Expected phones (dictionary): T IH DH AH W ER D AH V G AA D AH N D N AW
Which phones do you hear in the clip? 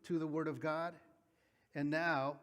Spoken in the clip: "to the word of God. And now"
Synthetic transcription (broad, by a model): T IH DH AH W ER D AH V G AA D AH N N AW